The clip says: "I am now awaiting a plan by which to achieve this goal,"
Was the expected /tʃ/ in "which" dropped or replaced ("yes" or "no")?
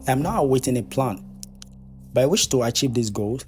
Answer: yes